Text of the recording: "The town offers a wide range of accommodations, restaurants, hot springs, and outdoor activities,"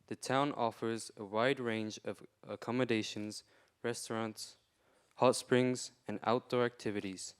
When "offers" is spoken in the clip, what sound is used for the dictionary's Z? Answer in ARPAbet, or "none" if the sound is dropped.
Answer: Z